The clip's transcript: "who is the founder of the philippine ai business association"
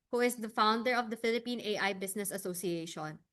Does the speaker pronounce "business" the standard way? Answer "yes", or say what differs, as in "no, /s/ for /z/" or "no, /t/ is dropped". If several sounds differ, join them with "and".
no, /s/ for /z/